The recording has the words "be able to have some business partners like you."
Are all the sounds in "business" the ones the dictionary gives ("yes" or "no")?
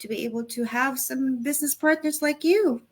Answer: yes